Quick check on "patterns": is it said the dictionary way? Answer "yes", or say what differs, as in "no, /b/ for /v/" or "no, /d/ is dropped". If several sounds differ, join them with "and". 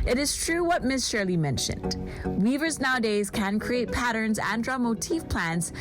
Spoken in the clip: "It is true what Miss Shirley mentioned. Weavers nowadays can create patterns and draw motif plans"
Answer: yes